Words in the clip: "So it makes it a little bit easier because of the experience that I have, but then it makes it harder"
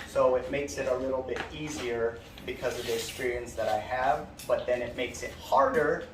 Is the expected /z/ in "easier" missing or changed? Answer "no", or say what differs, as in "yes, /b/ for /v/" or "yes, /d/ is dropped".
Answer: no